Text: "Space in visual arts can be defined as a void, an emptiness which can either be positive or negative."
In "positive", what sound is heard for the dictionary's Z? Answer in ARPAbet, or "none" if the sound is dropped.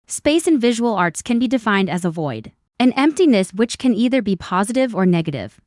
Z